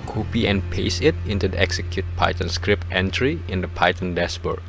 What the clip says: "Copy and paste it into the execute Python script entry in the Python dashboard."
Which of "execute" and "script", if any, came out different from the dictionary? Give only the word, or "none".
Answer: none